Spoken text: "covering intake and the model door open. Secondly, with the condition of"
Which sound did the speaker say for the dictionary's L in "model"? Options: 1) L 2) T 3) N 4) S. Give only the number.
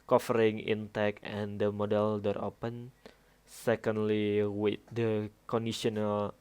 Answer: 1